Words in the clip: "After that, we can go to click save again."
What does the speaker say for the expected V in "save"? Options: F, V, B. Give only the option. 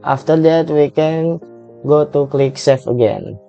F